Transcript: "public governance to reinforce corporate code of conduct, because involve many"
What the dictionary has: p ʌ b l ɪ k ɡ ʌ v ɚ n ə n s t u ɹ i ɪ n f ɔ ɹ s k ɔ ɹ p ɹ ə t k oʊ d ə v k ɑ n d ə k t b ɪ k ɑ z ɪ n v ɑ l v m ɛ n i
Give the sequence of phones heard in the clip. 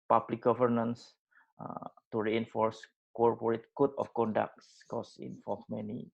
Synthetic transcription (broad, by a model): p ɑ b l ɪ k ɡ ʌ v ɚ n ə n s t u ɹ i ɪ n f ɔ ɹ s k ɔ ɹ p ɹ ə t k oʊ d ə f k ɑ n d ə k t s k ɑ s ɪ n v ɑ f m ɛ n i